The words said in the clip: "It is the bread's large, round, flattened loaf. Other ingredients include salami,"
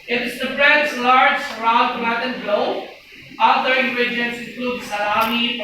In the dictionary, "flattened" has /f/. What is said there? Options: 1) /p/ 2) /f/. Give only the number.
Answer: 1